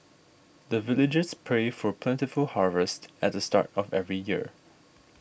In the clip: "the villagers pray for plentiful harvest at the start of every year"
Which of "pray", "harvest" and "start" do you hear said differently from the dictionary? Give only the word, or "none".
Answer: none